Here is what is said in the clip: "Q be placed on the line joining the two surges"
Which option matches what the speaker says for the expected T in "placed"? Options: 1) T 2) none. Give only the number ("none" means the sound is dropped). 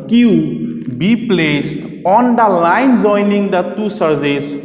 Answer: 1